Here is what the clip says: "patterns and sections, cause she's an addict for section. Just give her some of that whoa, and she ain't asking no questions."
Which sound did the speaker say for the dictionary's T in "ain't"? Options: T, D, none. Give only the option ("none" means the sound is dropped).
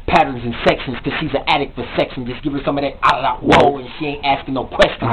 T